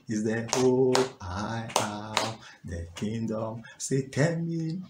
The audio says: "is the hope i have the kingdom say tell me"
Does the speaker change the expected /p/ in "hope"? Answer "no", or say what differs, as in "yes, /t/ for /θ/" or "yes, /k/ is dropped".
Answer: yes, /p/ is dropped